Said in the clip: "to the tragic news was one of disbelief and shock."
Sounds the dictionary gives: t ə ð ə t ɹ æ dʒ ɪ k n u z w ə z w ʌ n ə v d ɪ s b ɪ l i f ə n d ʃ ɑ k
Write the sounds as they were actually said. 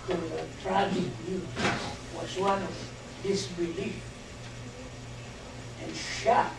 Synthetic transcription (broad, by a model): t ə ð ə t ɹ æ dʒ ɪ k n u w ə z w ʌ n ə v d ɪ s b ɪ l i f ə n ʃ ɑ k